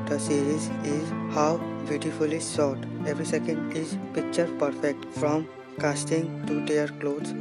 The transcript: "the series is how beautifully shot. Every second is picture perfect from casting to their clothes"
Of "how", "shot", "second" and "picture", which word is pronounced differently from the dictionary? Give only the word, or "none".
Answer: shot